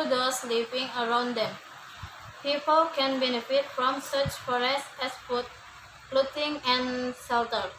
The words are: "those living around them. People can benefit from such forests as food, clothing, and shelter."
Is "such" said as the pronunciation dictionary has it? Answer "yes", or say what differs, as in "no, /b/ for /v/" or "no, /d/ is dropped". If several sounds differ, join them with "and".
yes